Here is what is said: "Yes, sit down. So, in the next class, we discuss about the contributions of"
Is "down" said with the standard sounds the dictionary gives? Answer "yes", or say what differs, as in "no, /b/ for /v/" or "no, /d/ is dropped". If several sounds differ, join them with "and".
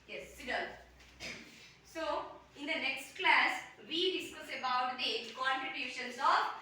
no, /l/ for /n/